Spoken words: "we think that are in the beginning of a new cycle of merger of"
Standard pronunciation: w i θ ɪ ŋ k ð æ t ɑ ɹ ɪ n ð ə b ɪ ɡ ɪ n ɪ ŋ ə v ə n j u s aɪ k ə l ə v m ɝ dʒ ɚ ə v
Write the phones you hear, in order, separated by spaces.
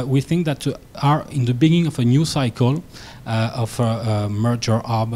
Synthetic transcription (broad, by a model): w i θ ɪ ŋ k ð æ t ɑ ɹ ɪ n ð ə b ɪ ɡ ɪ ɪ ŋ ə v ə n j u s aɪ k ə l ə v m ɝ dʒ ɚ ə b